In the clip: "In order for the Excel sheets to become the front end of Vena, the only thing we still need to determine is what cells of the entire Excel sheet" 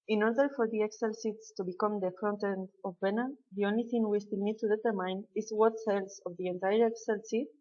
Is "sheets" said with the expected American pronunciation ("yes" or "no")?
no